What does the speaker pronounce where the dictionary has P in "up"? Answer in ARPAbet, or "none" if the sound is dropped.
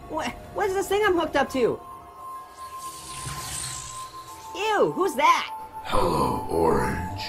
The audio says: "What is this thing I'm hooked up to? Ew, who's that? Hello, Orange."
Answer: P